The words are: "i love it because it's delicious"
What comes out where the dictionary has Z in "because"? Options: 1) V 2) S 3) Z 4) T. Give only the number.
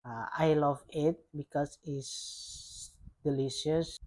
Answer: 2